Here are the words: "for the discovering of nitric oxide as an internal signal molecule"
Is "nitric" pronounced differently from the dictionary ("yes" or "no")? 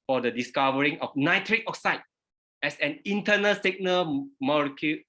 no